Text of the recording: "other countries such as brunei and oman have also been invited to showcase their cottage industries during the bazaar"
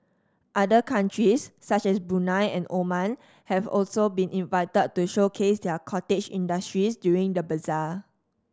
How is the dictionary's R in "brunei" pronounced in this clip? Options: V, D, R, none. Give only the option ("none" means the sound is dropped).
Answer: none